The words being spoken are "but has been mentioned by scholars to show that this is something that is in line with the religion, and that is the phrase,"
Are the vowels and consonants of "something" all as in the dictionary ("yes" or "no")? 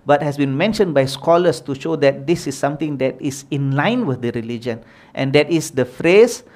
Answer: no